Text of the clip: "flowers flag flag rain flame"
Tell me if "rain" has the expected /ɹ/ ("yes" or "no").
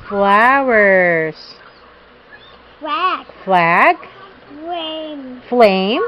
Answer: no